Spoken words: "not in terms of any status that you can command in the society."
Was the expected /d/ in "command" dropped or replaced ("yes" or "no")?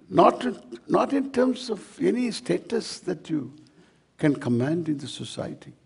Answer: no